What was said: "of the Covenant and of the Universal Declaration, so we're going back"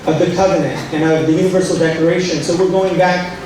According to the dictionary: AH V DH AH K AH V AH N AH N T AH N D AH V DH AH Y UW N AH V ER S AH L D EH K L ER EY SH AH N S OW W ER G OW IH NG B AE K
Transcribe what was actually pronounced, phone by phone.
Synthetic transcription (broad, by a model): AH V DH AH K AH V AH N AH N T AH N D AH V DH AH Y UW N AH V ER S L D EH K ER EY SH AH N S OW W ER G OW IH NG B AE K